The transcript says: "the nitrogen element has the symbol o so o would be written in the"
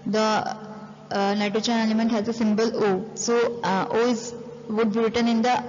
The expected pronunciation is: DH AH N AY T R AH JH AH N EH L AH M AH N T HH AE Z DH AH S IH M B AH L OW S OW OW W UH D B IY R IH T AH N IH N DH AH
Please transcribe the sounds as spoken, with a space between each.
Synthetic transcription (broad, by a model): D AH N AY T AH CH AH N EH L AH M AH N T HH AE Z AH S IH M B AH L OW S OW OW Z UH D B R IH T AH N IH N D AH